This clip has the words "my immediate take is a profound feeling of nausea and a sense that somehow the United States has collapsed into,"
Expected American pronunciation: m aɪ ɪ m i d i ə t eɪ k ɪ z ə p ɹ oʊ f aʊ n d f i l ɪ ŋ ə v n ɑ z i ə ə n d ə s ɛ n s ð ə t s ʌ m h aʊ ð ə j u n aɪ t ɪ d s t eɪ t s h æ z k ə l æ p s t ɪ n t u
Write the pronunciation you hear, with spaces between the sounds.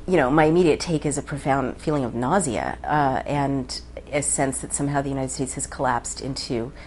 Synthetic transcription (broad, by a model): m aɪ ɪ m i d i ə t eɪ k ɪ z ə p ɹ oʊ f aʊ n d f i l ɪ ŋ ə v n ɑ z i ə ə n ə s ɛ n s ð ə t s ʌ m h aʊ ð ə j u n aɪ t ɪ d s t eɪ t s h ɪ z k ə l æ p s t ɪ n t u